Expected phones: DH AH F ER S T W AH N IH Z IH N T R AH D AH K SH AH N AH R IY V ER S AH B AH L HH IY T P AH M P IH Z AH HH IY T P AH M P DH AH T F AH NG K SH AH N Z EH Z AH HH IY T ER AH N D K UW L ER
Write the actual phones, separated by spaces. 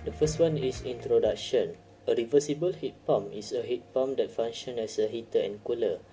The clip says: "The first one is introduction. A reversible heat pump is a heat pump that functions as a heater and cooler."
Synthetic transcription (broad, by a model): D AH F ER S T W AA N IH S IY N T R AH D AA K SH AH N AH R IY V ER S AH B AH L HH IY T P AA M IH S AH HH IY T P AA M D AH T F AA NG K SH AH N EH S AH HH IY T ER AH N K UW L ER